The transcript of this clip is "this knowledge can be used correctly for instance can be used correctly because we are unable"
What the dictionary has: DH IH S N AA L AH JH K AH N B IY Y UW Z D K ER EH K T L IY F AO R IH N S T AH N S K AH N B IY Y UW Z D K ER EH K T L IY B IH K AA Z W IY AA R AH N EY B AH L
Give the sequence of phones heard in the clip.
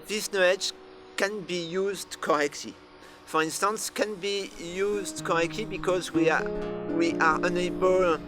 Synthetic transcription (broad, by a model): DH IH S N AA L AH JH K AH N B IY Y UW Z D K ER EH K T L IY F AO R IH N S T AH N S K AH N B IY Y UW Z D K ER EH K T L IY B IH K AA Z W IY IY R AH N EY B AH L